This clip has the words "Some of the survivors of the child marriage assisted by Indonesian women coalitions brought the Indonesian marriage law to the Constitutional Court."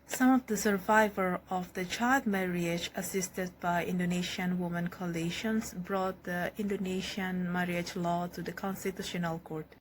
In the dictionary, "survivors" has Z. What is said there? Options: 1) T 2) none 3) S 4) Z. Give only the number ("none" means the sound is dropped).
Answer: 2